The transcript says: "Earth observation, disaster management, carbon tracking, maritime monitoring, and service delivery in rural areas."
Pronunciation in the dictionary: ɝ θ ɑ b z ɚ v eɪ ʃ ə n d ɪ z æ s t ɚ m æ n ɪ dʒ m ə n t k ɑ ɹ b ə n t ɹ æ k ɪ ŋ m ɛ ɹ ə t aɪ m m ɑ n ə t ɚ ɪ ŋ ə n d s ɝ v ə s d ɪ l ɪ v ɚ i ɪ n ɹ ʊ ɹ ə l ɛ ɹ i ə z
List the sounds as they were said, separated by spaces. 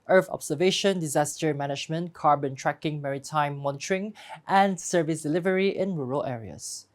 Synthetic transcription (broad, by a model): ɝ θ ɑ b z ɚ v eɪ ʃ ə n d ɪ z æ s t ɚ m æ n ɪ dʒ m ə n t k ɑ ɹ b ə n t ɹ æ k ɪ ŋ m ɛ ɹ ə t aɪ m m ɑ n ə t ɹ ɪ ŋ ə n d s ɝ v ə s d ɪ l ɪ v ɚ i ɪ n ɹ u ɹ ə l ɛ ɹ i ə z